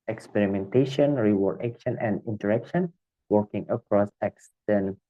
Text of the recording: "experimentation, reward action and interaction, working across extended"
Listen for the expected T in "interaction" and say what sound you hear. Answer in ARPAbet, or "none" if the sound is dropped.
T